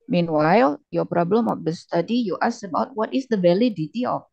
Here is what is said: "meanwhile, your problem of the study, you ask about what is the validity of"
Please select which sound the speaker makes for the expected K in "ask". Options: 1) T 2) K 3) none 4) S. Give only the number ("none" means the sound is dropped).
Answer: 3